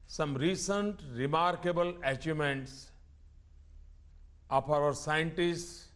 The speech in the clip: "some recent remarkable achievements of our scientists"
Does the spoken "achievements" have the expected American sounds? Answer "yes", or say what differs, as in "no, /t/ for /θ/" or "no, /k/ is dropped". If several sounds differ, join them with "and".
no, /v/ is dropped